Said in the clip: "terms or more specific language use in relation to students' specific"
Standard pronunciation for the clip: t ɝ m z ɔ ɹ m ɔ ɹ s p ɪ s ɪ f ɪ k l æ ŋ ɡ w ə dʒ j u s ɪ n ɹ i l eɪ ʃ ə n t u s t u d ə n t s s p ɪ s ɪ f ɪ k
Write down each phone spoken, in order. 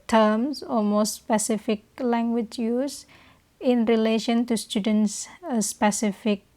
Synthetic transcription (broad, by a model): t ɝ m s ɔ l m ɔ s p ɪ s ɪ f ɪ k l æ ŋ ɡ w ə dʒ j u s ɪ n ɹ i l eɪ ʃ ə n t u s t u d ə n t s s p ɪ s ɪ f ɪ k